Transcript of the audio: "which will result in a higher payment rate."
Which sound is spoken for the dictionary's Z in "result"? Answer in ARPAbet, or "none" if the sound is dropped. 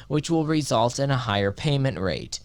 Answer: Z